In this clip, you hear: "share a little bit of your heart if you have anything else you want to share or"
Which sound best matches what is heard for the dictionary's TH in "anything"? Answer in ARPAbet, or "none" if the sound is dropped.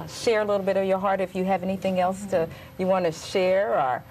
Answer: TH